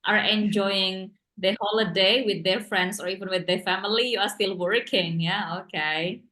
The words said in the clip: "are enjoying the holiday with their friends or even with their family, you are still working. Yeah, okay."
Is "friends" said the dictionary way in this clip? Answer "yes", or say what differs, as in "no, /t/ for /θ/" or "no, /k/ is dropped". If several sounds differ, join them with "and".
no, /s/ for /z/